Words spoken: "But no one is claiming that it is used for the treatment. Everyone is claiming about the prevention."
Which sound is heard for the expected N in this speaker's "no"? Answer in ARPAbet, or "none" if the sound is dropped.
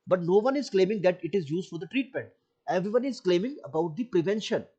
N